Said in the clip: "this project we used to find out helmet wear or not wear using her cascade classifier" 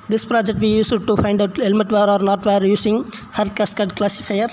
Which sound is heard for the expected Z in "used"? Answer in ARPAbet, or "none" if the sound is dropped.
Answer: S